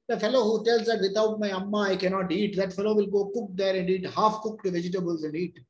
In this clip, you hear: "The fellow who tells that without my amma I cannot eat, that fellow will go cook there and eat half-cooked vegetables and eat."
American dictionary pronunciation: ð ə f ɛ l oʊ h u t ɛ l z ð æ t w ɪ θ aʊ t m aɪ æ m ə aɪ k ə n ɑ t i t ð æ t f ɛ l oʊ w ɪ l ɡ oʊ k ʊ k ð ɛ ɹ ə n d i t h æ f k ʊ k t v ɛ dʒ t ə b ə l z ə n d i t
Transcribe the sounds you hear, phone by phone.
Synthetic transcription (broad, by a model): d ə f ɛ l oʊ h u t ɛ l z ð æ t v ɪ t aʊ t m aɪ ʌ m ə aɪ k ə n ɑ t i t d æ t f ɛ l oʊ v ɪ l ɡ oʊ k ʊ k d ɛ ɹ ə n d i t h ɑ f k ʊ k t v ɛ dʒ t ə b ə l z ə n d i t